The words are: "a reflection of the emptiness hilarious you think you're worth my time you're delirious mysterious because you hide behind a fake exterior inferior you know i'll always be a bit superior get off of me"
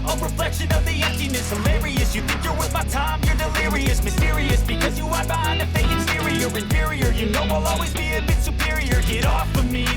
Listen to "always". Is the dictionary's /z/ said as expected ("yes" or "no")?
yes